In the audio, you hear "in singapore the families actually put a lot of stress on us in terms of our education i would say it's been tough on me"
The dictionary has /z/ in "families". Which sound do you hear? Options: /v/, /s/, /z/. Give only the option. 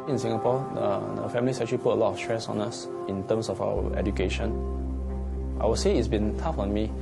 /s/